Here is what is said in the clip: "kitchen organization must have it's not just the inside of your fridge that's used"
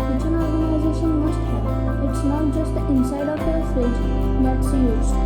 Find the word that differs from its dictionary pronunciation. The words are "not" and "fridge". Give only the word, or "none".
fridge